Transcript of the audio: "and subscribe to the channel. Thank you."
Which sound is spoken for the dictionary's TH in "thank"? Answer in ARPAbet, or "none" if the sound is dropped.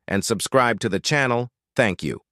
TH